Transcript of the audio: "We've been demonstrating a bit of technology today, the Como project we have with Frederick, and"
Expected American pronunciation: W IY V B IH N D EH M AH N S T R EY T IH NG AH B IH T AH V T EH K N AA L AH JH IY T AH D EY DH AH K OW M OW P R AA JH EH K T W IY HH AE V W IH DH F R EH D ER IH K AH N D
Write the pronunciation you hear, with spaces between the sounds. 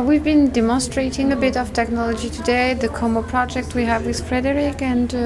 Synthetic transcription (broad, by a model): W IY V B IH N D EH M AH N S T R EY T IH NG AH B IH T AH V T EH K N AA L AH JH IY T AH D EY DH AH K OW M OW P R AA JH EH K T W IY HH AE V W IH DH F R EH D ER IH K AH N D